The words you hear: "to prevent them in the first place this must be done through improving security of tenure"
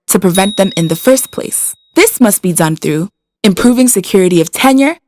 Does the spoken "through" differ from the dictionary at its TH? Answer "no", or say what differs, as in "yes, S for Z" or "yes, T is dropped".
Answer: no